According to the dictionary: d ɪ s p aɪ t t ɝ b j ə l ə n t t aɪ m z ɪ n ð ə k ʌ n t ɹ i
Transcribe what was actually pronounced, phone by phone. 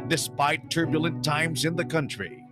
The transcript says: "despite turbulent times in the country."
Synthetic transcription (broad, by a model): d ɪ s p aɪ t t ɝ b j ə l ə n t t aɪ m z ɪ n ð ə k ʌ n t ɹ i